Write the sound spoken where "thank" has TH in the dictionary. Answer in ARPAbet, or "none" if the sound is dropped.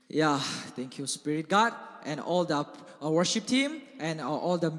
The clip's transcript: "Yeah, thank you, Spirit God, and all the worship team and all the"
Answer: T